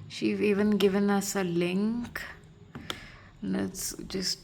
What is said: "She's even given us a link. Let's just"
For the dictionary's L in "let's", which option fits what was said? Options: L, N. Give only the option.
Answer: N